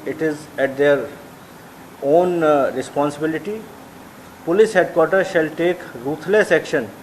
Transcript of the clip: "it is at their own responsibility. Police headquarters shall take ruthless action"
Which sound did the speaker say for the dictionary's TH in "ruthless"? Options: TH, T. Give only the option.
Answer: T